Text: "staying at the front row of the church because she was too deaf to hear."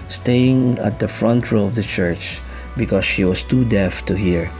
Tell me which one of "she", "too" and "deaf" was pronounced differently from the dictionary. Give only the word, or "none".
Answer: none